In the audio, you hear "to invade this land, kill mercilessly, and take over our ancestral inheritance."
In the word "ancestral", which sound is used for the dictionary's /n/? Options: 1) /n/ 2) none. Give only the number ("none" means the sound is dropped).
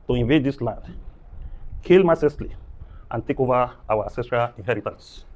2